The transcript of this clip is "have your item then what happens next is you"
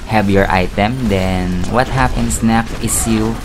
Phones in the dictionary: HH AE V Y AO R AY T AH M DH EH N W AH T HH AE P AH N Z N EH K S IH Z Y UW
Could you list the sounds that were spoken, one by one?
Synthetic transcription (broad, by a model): HH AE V Y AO R AY T AH M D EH N W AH T HH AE P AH N S N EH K IH S Y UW